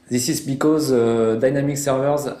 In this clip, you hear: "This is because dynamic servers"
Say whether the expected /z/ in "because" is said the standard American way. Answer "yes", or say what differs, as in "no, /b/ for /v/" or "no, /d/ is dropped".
yes